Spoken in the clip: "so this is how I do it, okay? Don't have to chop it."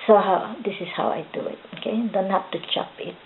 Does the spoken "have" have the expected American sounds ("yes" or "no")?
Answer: no